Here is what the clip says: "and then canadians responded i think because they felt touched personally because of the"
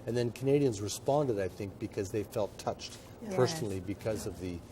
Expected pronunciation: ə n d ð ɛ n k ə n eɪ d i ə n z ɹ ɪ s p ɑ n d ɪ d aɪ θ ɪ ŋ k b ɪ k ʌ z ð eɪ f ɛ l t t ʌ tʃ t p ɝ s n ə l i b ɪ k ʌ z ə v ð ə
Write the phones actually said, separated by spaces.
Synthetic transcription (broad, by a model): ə n ð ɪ n k ə n eɪ d i ə n z ɹ ɪ s p ɑ n d ɪ d aɪ θ ɪ ŋ k b ɪ k ʌ z ð eɪ f ɛ l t t ʌ tʃ t p ɝ s n l i b ɪ k ʌ z ə v ð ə